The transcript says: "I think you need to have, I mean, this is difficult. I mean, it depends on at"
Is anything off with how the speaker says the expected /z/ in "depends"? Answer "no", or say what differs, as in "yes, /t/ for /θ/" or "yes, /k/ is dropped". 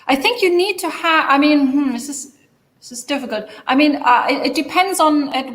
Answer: no